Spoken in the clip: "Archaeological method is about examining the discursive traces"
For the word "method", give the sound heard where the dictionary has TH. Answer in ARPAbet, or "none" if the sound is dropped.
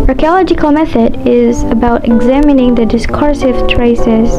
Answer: TH